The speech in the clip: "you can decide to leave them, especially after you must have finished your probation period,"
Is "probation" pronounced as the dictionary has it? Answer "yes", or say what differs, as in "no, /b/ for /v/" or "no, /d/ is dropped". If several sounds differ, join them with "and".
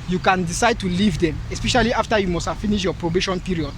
yes